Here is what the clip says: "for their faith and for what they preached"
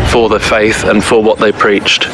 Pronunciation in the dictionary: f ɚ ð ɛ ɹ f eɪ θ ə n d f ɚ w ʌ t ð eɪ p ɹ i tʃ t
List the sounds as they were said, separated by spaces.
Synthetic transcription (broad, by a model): f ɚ ð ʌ f eɪ θ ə n f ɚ w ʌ t ð eɪ p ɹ i tʃ t